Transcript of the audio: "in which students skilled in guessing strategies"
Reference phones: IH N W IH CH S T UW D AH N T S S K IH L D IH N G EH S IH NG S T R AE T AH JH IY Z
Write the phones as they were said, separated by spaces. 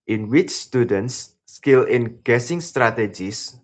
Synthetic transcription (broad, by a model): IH N W IH CH S T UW D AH N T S S K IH L IH N G EH S IH NG S T R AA T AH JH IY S